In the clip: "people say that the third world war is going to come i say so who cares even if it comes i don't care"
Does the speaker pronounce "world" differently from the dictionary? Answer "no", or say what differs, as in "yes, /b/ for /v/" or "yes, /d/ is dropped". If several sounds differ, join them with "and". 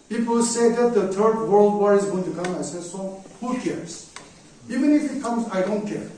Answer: no